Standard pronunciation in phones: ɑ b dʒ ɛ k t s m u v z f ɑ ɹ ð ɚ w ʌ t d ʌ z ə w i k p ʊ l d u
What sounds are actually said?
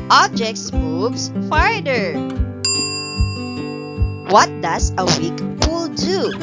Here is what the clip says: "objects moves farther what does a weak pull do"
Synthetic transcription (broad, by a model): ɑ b dʒ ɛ k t s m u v s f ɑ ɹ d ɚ w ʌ t d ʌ s ə w i k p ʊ l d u